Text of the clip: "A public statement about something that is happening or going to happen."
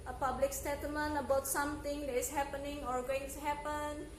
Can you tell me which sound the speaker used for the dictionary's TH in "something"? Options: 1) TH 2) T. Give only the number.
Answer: 2